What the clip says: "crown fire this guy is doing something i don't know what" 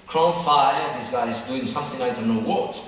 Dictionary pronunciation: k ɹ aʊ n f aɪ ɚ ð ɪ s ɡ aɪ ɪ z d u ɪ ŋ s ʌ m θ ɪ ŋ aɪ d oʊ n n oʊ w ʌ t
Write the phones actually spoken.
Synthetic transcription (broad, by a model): k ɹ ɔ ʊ f aɪ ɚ ð ɪ s ɡ aɪ ɪ z d u ɪ ŋ s ʌ m θ ɪ ŋ aɪ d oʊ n n oʊ w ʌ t